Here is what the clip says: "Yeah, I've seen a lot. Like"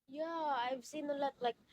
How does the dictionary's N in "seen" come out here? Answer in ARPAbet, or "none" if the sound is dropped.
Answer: N